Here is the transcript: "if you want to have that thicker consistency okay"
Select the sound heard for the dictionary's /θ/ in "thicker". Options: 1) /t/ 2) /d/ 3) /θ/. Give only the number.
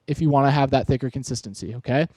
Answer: 3